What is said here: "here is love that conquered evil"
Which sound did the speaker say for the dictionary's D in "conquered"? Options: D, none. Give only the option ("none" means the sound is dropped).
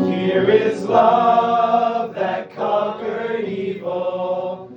none